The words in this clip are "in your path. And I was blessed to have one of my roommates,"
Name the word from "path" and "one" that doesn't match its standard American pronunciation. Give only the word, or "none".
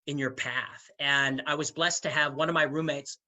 none